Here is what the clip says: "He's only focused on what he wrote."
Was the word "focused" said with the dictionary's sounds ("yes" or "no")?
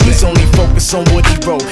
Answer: no